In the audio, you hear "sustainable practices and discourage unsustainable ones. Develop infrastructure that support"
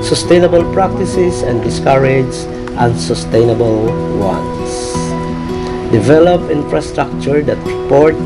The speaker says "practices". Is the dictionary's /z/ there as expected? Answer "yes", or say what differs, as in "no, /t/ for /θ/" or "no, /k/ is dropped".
no, /s/ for /z/